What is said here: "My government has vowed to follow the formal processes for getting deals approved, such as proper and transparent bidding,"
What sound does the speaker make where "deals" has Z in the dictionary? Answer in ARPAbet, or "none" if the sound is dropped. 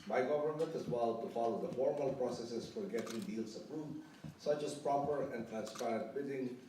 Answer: S